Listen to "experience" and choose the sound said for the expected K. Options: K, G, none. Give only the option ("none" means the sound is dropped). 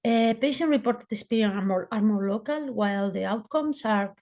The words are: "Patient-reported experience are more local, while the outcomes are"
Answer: none